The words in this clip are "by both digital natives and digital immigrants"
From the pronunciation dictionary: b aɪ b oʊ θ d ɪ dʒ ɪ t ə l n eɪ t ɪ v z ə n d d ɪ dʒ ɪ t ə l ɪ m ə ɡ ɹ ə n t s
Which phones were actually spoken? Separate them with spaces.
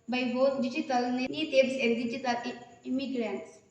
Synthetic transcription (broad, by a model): b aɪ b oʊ t d ɪ dʒ ɪ t ə l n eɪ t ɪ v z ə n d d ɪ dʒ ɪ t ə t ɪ m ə ɡ ɹ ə n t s